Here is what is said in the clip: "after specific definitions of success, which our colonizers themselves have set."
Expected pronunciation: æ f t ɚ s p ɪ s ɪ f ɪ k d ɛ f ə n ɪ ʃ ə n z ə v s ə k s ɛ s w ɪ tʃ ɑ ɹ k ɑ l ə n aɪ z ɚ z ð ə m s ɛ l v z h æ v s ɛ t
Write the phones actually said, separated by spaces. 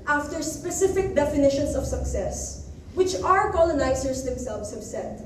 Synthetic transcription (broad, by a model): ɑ f t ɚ s p ɪ s ɪ f ɪ k d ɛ f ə n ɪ ʃ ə n s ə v s ə k s ɛ s w ɪ tʃ ɑ ɹ k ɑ l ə n aɪ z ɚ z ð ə m s ɛ l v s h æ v s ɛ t